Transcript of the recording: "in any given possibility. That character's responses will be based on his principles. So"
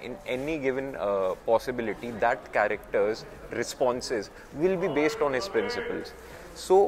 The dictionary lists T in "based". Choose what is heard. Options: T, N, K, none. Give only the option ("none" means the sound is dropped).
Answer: T